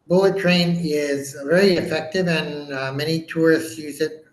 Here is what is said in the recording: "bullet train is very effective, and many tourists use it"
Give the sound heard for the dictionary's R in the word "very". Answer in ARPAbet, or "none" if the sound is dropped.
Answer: L